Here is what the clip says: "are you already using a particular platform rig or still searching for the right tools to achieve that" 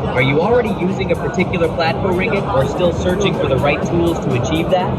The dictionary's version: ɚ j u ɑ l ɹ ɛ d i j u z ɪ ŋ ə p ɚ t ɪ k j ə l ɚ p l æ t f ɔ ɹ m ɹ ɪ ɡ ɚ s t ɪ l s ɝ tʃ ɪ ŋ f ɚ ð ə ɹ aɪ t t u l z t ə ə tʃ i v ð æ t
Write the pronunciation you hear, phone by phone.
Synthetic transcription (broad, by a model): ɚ j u ɑ l ɹ ɛ d i j u z ɪ ŋ ə p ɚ t ɪ k j l ɚ p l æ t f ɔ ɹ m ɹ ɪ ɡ ɚ s t ɪ l s ɝ tʃ ɪ ŋ f ɚ ð ə ɹ aɪ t t u l z t ə ə tʃ i v ð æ t